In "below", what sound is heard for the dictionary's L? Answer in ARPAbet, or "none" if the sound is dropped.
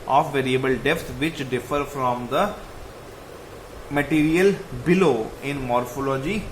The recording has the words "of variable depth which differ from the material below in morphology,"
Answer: L